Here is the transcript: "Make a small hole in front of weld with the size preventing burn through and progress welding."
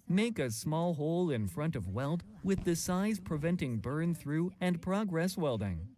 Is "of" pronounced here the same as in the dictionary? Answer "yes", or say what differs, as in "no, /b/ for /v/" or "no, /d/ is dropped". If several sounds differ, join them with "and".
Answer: yes